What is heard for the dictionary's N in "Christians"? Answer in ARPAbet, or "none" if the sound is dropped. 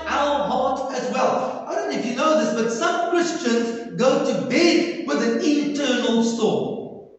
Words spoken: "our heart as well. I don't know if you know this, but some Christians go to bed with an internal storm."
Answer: N